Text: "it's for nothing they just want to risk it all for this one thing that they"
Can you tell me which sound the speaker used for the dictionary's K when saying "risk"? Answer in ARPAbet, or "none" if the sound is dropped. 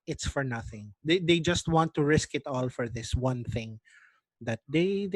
K